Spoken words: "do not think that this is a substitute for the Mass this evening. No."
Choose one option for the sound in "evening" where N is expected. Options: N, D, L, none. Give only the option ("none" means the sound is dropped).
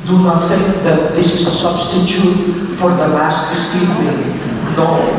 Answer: L